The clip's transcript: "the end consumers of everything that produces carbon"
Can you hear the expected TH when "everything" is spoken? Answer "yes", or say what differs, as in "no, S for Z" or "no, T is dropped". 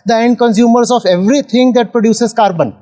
no, T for TH